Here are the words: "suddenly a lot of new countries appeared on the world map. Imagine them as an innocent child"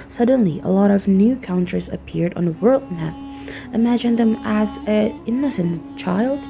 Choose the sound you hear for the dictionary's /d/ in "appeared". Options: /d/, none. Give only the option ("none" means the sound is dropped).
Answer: /d/